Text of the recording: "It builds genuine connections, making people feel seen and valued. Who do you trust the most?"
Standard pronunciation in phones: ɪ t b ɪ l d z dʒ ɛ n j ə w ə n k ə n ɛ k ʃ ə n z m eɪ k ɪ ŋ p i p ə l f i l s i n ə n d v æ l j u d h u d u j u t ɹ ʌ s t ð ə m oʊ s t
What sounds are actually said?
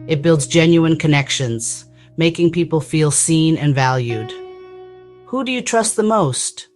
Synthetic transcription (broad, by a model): ɪ t b ɪ l d z dʒ ɛ n j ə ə n k ə n ɛ k ʃ ə n z m eɪ k ɪ ŋ p i p l f i l s i n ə n v æ l j u d h u d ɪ j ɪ t ɹ ʌ s t ð ə m oʊ s t